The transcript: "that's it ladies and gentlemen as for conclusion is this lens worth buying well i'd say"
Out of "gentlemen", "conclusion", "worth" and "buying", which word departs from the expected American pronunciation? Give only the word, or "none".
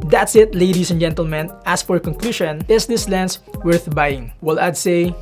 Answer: conclusion